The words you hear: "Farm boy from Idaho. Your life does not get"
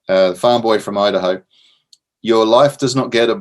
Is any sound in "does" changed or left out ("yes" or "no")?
no